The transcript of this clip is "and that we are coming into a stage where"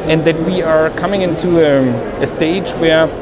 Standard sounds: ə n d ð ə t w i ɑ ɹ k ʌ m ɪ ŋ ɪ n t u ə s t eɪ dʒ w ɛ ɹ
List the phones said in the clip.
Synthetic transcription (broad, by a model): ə n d ð ə t w i ɑ ɹ k ʌ m ɪ ŋ ɪ n t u ə s t eɪ dʒ w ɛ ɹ